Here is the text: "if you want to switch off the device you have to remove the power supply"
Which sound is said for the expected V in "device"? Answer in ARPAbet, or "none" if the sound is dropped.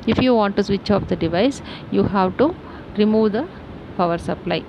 V